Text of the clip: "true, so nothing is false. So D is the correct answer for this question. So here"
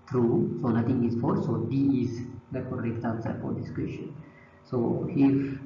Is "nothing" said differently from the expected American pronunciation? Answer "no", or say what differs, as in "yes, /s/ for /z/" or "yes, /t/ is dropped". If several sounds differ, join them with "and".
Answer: yes, /t/ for /θ/